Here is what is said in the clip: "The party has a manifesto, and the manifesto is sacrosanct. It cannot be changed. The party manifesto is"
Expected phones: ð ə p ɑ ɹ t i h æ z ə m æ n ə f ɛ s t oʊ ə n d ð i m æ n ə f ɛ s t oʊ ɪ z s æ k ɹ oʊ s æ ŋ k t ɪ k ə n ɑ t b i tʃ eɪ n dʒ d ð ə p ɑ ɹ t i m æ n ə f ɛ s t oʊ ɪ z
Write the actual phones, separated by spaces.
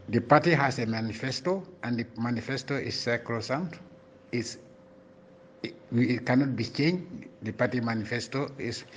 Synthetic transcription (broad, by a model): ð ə p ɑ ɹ t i h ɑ s ə m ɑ n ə f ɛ s t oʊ ə n d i m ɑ n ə f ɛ s t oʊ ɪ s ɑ k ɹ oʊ s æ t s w ɪ k ə n ɑ t b i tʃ eɪ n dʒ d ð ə p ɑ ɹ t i m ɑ n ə f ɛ s t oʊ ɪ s